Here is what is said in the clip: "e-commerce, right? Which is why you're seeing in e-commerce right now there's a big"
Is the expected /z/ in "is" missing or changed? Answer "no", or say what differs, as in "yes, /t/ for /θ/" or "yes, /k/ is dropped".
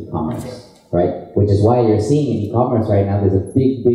no